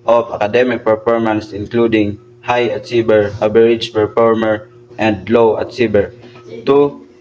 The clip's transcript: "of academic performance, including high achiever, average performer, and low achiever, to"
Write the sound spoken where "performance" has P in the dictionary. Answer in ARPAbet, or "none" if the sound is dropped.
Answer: P